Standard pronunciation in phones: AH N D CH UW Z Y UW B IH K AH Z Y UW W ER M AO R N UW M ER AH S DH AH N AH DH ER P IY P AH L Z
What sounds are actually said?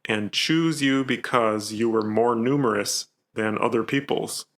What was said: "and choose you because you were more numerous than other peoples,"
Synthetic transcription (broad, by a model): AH N CH UW Z Y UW B IH K AH Z Y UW W ER M AO R N UW M ER AH S DH AH N AH DH ER P IY P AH L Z